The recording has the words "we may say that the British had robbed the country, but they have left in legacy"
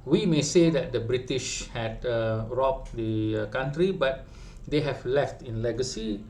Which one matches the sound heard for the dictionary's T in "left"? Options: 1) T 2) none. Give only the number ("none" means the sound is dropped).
1